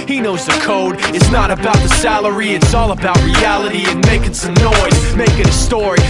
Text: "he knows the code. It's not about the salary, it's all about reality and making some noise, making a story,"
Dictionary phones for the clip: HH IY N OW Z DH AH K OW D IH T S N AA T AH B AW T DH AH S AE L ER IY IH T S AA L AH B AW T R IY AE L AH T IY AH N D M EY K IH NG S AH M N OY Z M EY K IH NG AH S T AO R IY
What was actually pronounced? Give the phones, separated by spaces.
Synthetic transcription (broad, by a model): HH IY N OW Z DH AH K OW D IH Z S N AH T AH B AW T DH AH S AE L ER IY IH T S AA L AH B AW T R IY AE L AH T IY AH N M EY K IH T S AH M N OY Z M EY K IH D AH S T AO R IY